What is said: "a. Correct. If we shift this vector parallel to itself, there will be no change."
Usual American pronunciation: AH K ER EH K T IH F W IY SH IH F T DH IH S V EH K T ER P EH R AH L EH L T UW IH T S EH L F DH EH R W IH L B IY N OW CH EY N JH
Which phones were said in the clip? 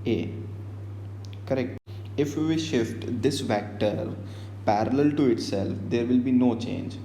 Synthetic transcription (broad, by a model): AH K ER EH K T IH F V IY SH IH F T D IH S V EH K T ER P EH R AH L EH L T UW IH T S EH L F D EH R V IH L B IY N OW CH EY N JH